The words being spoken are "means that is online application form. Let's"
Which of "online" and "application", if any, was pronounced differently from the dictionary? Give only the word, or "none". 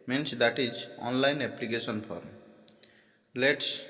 application